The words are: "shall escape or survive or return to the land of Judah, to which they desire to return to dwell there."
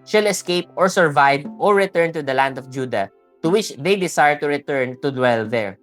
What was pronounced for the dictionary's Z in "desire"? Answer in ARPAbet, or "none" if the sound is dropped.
S